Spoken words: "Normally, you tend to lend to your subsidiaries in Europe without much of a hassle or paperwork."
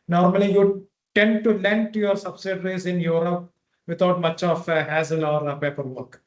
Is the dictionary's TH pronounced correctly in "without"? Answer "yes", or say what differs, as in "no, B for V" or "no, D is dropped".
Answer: no, T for TH